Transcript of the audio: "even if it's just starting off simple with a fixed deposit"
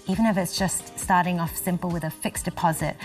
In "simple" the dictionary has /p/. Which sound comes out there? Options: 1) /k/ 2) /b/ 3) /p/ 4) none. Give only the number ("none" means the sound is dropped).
3